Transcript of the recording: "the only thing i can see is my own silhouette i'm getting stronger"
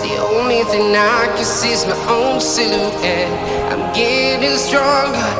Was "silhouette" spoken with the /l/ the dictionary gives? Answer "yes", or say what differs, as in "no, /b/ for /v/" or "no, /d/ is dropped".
no, /n/ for /l/